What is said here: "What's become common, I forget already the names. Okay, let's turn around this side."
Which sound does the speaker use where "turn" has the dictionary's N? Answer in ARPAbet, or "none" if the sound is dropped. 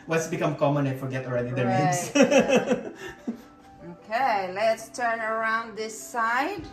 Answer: N